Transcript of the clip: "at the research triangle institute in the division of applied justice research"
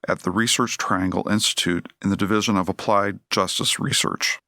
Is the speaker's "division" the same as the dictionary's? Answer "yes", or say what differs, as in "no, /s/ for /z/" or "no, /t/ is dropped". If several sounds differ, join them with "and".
yes